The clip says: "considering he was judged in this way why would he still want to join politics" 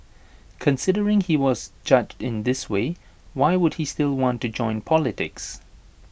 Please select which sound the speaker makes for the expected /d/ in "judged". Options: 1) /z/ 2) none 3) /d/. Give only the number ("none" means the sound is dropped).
3